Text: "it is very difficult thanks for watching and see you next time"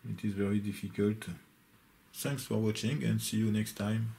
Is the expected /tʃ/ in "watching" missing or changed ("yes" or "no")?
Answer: no